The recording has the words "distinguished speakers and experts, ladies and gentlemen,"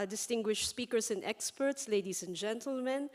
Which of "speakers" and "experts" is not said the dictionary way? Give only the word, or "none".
speakers